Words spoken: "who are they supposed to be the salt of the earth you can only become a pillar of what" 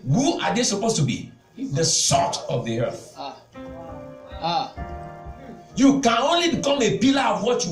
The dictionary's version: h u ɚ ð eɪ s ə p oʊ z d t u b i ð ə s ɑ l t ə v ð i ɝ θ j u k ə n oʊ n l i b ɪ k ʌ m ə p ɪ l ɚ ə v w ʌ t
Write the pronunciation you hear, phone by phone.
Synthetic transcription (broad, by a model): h u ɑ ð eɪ s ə p oʊ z t u b i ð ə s ɑ t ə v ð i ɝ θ j u k ə n oʊ n l i b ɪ k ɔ m ə p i l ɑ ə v w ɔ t